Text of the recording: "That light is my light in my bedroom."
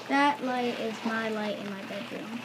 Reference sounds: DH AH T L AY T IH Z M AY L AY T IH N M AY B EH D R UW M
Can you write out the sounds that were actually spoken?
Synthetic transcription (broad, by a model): DH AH T L AY T IH Z M AY L AY T IH N M AY B EH D R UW M